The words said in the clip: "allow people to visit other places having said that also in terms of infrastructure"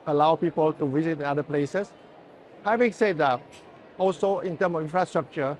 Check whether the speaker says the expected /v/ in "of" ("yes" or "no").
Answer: no